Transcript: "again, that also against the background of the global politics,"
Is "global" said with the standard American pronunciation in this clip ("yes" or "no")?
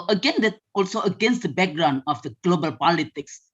yes